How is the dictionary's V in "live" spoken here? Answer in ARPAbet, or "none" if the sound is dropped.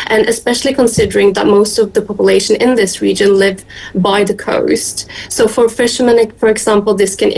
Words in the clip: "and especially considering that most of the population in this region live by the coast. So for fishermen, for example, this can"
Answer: V